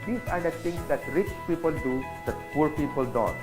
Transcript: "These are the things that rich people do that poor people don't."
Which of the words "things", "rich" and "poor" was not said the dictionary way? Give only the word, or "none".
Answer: things